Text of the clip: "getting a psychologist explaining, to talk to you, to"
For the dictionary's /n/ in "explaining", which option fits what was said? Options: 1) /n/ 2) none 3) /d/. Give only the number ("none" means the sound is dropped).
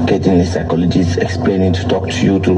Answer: 1